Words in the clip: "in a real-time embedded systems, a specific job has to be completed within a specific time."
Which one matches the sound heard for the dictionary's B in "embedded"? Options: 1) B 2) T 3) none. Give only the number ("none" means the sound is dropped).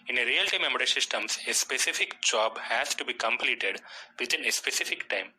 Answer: 3